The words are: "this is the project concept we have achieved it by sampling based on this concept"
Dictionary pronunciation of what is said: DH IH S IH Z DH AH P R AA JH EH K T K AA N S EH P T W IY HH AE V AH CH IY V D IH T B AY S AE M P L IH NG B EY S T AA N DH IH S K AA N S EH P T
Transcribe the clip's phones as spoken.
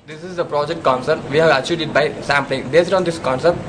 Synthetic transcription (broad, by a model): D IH S IH Z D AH P R AA JH EH K T K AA N S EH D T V IY HH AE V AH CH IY D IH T B AY S AE M P L IH NG B EY S T AA N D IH S K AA N S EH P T